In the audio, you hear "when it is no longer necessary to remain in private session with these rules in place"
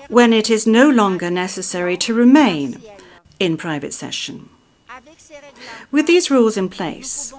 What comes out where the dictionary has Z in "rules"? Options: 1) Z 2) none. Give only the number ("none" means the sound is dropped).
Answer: 1